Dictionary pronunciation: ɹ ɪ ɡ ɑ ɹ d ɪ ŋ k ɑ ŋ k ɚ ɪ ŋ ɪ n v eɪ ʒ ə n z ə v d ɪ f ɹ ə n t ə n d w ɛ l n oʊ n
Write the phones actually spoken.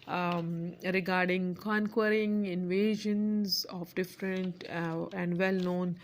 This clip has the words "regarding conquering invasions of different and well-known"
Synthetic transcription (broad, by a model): ɹ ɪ ɡ ɑ ɹ d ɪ ŋ k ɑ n k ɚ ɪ ŋ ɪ n v eɪ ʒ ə n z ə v d ɪ f ɹ ə n t ə n d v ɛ l n oʊ n